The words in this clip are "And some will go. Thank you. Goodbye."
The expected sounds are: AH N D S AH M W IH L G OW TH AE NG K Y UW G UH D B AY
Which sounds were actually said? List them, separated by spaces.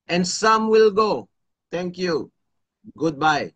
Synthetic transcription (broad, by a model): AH N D S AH M W IH L G OW T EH NG K Y UW G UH D B AY